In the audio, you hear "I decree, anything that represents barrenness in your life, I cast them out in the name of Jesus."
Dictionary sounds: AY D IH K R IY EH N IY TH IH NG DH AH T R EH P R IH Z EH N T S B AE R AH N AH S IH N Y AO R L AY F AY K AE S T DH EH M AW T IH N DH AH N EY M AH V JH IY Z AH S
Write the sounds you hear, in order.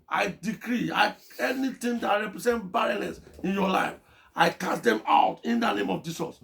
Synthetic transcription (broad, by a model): AY D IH K R IY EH N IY T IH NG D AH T R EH P R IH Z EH N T B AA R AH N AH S IH N Y AO L AY F AY K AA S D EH M AW T IH N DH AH N EY M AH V JH IY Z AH S